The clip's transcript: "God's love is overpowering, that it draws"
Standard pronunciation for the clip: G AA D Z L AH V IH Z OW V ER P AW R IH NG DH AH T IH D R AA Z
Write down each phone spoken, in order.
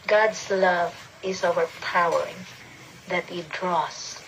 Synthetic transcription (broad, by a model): G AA D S L AH V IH S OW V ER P AW R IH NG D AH T IH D R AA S